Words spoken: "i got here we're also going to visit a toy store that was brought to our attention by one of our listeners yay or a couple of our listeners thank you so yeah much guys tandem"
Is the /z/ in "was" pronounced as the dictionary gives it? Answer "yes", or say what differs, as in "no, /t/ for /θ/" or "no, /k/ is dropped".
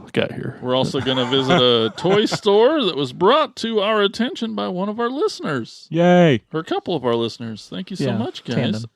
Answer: yes